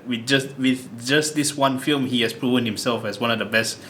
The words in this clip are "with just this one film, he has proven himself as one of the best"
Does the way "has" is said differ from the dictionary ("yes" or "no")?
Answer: yes